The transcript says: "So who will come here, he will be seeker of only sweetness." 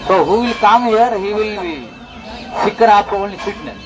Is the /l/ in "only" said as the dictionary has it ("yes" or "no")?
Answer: no